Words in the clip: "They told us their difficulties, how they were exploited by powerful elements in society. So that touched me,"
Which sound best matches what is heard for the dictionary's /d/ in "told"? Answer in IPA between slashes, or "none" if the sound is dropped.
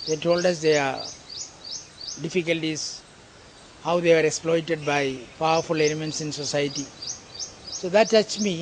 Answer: /d/